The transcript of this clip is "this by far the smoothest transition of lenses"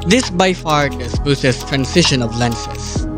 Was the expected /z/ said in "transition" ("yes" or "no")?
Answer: no